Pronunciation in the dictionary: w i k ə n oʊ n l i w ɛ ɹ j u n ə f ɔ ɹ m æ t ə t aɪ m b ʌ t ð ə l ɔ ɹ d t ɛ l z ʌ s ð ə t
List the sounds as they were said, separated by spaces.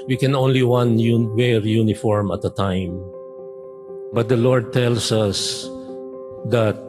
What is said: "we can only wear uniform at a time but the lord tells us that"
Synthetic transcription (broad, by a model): w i k ə n oʊ n l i w ɛ ɹ j u n ə f ɔ ɹ m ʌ t ə t aɪ m b ʌ t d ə l ɔ ɹ d t ɛ l s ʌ s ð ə t